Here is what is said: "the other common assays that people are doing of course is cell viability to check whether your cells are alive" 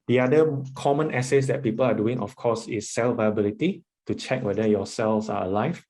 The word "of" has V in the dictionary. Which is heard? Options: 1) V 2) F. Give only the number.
2